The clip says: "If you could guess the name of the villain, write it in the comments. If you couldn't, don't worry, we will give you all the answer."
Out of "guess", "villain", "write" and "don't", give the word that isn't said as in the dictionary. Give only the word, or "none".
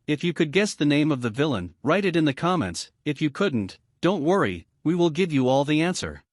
none